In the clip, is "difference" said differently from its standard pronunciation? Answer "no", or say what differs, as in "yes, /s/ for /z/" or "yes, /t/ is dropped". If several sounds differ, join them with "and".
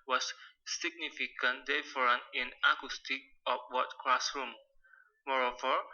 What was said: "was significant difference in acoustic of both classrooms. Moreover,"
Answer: yes, /s/ is dropped